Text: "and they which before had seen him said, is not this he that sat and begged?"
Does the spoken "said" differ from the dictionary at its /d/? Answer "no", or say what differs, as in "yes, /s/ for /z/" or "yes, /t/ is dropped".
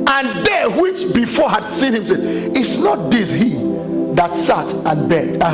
yes, /d/ is dropped